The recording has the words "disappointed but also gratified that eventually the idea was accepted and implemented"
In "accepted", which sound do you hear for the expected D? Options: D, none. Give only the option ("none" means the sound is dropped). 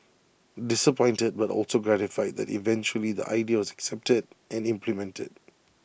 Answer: D